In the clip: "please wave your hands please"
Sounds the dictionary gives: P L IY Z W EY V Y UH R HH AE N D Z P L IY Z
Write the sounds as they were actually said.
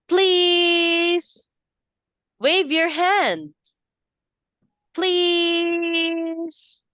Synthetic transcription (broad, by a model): P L IY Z W EY V Y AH R HH AE N D Z P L IY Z